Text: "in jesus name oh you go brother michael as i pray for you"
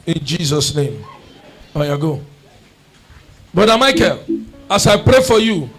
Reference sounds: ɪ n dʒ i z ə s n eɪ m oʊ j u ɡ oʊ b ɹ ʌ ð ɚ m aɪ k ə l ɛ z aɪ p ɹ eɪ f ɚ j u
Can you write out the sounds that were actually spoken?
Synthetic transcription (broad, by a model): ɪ n dʒ i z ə s n eɪ m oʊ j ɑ ɡ oʊ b ʌ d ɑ m aɪ k ə l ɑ s aɪ p ɹ eɪ f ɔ j u